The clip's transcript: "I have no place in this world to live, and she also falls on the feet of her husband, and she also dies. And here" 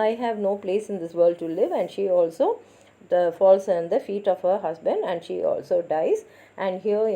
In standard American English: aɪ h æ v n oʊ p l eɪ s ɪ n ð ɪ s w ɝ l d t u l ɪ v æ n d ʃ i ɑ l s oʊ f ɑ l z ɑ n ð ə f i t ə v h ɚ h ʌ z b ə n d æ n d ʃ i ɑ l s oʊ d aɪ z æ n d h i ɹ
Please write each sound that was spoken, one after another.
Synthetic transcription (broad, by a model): aɪ h æ v n oʊ p l eɪ s ɪ n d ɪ s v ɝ l d t u l ɪ v æ n d ʃ i ɑ l s oʊ f ɑ l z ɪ n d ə f i t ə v h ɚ h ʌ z b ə n d æ n d ʃ i ɑ l s oʊ d aɪ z æ n d h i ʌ